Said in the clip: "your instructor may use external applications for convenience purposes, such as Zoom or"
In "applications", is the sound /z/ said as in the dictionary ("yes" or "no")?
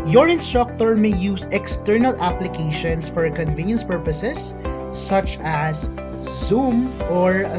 no